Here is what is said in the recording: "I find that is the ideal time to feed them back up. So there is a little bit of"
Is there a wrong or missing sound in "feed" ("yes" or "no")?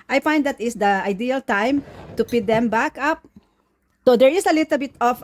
yes